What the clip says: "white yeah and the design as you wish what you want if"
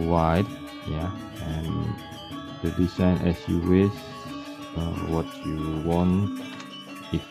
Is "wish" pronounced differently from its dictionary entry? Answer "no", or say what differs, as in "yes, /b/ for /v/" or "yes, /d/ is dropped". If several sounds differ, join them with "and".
yes, /s/ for /ʃ/